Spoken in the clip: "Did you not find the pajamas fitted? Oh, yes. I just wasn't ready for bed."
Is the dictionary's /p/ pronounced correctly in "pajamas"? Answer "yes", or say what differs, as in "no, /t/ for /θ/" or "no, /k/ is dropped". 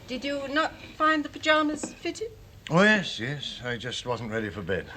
yes